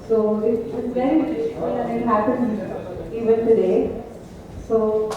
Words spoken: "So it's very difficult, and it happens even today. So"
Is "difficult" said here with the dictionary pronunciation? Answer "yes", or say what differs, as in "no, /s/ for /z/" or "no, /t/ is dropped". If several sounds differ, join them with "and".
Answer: no, /t/ is dropped